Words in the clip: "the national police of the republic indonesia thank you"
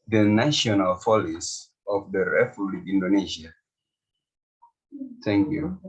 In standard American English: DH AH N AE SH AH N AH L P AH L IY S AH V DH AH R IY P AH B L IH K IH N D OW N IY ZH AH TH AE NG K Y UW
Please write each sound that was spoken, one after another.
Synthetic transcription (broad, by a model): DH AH N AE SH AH N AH L F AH L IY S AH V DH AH R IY F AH L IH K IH N D OW N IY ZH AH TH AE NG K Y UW